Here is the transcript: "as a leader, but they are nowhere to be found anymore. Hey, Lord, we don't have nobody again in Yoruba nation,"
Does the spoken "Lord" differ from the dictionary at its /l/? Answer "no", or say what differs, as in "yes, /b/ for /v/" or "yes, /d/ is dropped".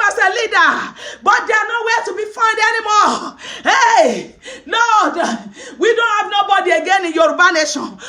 yes, /n/ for /l/